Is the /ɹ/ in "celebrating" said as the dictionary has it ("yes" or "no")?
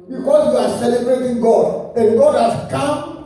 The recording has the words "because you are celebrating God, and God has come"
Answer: yes